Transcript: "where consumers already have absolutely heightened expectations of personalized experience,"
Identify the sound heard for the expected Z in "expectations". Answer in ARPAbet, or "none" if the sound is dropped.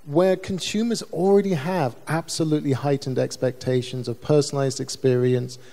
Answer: Z